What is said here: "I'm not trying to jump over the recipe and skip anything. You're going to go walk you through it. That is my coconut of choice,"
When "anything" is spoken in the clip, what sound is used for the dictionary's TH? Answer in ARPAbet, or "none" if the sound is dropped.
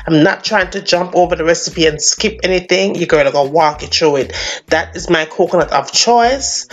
TH